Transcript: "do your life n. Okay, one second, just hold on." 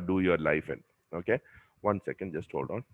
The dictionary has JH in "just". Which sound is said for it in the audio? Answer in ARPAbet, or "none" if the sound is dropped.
JH